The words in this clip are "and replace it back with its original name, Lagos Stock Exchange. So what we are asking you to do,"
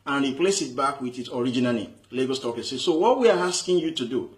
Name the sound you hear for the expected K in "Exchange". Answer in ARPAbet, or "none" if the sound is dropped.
none